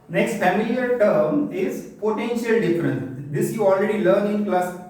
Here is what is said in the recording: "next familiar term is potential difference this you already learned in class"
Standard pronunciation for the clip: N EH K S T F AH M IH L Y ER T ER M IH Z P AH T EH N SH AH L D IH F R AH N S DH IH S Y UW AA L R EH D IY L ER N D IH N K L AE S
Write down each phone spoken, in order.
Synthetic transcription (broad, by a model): N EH K S T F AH M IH L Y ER T ER M IH Z P AH T EH N SH AH L D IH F R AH N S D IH S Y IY AA L R EH D IY L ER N IH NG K L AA S